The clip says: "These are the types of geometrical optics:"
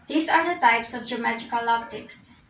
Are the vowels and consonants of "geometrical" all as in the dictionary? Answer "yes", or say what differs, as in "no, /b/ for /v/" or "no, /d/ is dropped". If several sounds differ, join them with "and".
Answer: no, /ɹ/ is dropped